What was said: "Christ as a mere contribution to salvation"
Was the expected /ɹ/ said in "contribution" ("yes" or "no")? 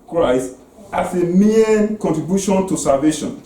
yes